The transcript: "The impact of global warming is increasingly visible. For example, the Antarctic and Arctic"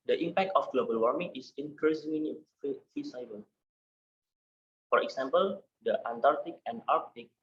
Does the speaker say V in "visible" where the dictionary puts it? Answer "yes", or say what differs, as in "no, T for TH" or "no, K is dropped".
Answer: no, F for V